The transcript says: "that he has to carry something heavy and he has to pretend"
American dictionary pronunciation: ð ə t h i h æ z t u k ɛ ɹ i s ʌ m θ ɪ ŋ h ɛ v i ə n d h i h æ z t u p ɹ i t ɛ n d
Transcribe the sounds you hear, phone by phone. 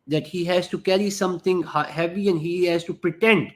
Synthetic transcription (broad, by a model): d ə t h i h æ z t u k ɛ ɹ i s ʌ m t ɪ ŋ h ɛ v i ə n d h i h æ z t u p ɹ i t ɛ n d